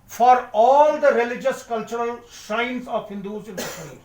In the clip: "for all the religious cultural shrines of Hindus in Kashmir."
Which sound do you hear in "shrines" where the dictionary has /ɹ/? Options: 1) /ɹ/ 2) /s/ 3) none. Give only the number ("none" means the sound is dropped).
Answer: 3